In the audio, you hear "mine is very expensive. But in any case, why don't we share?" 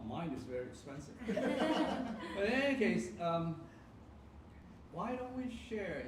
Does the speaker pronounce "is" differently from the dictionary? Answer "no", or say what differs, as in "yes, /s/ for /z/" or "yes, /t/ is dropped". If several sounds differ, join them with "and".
no